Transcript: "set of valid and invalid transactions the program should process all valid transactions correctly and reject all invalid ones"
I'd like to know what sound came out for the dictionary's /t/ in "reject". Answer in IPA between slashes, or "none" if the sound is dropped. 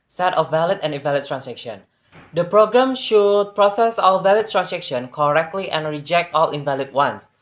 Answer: /t/